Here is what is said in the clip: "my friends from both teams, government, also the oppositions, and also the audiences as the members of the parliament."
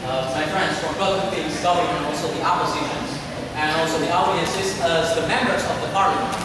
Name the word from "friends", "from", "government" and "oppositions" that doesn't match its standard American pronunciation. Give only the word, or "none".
government